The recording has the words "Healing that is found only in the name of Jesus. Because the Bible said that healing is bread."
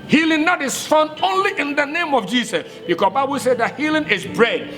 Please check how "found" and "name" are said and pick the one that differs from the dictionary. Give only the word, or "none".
found